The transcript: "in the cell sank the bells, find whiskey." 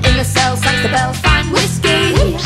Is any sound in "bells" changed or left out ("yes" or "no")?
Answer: yes